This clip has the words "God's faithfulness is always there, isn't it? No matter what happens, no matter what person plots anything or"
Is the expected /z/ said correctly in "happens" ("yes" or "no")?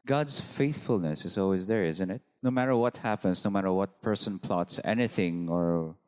no